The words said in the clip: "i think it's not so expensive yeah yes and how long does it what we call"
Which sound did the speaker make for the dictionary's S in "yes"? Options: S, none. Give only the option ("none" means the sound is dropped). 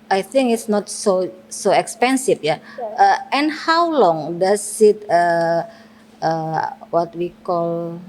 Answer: none